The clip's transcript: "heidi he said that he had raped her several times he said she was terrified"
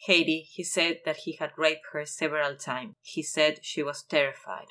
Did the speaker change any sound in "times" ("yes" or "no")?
yes